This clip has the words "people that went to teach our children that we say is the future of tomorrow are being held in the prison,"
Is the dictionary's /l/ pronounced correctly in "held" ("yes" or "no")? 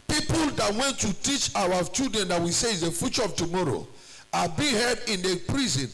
no